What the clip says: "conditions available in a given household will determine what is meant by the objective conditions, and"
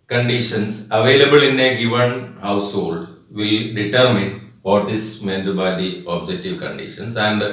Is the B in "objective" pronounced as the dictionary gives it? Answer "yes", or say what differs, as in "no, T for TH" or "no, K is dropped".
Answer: yes